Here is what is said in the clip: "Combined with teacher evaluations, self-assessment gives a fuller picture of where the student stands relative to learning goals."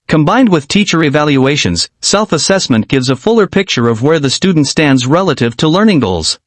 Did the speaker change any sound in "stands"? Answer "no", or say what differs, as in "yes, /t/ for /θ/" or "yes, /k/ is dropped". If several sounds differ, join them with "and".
no